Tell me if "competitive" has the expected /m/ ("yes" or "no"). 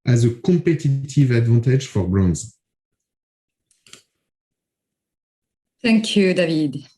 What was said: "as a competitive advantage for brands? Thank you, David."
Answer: no